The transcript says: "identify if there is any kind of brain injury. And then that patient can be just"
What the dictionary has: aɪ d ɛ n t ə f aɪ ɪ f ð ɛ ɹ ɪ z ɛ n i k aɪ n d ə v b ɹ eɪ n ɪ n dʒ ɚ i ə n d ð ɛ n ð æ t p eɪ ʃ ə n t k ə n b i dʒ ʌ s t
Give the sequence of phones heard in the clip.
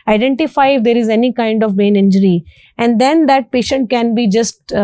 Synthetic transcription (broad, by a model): aɪ d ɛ n t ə f aɪ ɪ f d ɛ ɹ ɪ z ɛ n i k aɪ n d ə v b eɪ n ɪ n dʒ ɚ i ə n d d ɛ n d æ t p eɪ ʃ ə n t k ə n b i dʒ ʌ s t